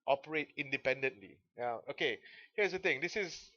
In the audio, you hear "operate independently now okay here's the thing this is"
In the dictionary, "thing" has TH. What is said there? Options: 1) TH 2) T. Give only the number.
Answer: 2